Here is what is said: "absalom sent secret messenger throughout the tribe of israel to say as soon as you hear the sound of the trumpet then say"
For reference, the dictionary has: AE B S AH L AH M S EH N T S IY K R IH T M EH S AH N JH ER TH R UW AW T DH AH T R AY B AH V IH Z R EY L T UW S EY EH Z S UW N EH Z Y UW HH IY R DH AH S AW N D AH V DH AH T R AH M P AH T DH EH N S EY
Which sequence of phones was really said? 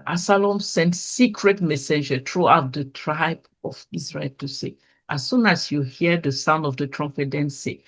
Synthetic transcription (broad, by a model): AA S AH L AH M S EH N T S IY K R IH T M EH S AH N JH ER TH R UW AW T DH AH T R AY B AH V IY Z R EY L T UW S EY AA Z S UW N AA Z Y UW HH IY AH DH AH S AW N D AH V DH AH T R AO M F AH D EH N S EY